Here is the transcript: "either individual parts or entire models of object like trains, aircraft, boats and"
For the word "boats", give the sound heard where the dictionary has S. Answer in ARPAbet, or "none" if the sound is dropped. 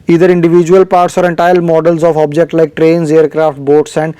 S